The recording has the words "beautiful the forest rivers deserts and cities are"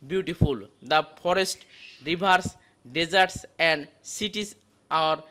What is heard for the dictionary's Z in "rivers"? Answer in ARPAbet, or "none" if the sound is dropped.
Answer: S